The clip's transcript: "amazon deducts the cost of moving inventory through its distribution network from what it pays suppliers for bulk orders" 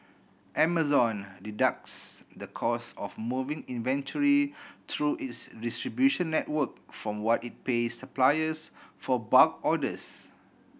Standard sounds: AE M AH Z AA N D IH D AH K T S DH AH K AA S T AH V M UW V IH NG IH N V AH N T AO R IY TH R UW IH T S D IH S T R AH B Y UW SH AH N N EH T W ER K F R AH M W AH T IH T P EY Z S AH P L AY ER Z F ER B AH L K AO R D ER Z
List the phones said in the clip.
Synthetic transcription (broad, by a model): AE M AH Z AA N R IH D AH K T S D AH K AA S AH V M UW V IH NG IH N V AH N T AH R IY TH R UW IH T S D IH S T R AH B Y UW SH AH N N EH T W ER K F R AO M W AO T IH T P EY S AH P L AY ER S F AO B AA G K AO D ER S